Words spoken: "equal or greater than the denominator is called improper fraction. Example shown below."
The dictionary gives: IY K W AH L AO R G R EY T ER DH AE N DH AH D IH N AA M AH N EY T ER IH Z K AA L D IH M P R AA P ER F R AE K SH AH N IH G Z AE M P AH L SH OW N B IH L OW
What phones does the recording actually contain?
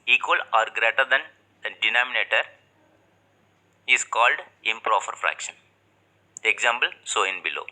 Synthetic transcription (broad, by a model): IY K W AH L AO R G R EY T ER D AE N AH D IH N AA M AH N EY T ER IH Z K AA L D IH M P R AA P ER F R AE K SH AH N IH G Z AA M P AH L S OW N B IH L OW